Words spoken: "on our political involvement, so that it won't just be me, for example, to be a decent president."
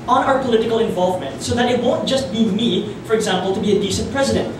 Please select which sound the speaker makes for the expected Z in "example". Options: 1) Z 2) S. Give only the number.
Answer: 1